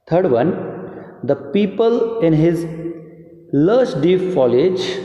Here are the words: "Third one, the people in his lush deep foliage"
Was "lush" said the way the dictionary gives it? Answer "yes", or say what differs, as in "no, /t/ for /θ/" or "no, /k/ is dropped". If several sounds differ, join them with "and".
no, /s/ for /ʃ/